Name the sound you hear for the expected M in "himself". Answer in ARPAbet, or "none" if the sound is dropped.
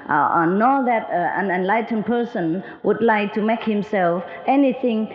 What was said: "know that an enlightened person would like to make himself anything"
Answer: M